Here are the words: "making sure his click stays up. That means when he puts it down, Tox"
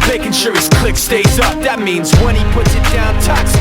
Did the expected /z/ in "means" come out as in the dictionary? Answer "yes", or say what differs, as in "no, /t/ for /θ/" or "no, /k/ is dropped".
yes